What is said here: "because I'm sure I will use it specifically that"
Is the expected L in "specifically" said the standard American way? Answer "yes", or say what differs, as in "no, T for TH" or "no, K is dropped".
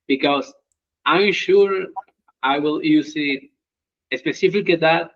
no, L is dropped